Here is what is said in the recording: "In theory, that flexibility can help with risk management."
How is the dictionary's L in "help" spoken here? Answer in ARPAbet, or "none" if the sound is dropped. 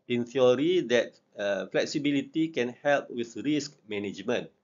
L